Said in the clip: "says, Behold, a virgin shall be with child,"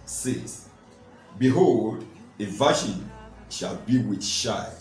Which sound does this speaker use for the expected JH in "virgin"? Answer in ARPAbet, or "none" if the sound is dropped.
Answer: SH